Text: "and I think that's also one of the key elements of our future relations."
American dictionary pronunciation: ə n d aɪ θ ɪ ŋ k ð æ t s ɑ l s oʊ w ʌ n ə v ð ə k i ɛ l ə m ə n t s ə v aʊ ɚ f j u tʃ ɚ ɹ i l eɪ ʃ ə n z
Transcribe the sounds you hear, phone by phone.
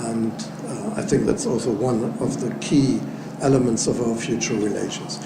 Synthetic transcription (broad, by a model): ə n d aɪ θ ɪ ŋ k ð æ t s ɑ l s oʊ w ʌ n ə v ð ə k i ɛ l ə m ə n t s ə v aʊ ɚ f j u tʃ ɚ ɹ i l eɪ ʃ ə n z